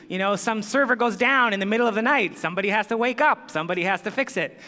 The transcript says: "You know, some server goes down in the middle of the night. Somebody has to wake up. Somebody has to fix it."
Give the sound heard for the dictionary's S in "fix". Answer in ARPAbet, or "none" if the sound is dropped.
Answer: S